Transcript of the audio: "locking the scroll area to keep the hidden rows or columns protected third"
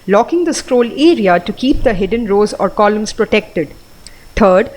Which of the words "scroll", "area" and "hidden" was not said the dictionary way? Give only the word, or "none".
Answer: none